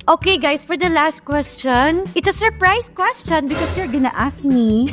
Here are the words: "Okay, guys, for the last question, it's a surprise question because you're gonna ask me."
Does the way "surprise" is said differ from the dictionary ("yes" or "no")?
yes